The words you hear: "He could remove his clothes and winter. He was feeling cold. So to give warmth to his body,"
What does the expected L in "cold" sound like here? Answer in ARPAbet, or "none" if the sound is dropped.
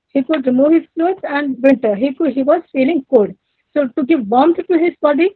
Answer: none